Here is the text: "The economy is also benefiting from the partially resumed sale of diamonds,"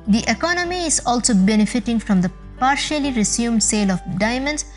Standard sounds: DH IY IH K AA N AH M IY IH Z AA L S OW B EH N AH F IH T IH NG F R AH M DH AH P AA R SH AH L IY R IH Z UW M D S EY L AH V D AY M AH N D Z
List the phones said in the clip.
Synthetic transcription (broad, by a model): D IY IH K AA N AH M IY IH Z AA L S OW B EH N AH F IH T IH NG F R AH M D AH P AA R SH AH L IY R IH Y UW M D S EY L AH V D AY M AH N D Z